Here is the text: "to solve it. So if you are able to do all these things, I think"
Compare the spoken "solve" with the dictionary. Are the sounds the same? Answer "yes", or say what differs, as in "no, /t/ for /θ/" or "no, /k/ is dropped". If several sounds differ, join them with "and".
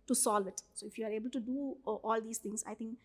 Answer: yes